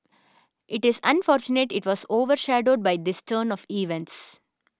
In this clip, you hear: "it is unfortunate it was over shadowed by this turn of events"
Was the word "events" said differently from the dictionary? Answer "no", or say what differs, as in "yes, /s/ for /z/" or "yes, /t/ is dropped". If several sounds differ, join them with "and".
no